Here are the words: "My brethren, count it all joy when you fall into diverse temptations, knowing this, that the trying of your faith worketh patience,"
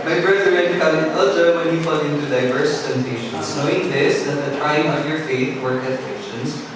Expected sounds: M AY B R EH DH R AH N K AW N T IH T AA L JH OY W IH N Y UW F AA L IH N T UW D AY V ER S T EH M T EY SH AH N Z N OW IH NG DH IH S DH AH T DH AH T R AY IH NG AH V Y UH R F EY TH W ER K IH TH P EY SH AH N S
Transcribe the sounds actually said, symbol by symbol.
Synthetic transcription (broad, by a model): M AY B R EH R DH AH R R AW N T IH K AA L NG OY W IH N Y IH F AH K IH N T UW D AY V ER S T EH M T EY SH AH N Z N OW IH NG DH IH S DH AH T DH AH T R AY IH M AH V Y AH R F EY TH W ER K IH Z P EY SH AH N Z